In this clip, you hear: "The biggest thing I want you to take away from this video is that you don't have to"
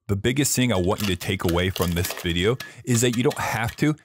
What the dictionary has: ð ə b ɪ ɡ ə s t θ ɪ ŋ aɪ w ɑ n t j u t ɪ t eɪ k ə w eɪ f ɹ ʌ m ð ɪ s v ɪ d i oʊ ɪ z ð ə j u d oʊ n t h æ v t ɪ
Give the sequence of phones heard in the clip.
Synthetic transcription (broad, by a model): ð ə b ɪ ɡ ə s t θ ɪ ŋ aɪ w ɑ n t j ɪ t ɪ t eɪ k ə w eɪ f ɹ ʌ m ð ɪ s v ɪ d i oʊ ɪ z ð ə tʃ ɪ d oʊ n t h æ f t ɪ